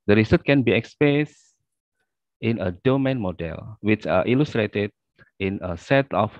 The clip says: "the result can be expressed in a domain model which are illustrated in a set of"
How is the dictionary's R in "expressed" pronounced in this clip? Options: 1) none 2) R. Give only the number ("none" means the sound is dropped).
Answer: 1